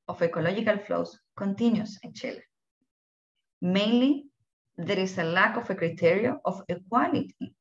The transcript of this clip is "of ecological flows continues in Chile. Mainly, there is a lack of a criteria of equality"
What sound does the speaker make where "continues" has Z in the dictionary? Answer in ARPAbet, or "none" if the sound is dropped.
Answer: S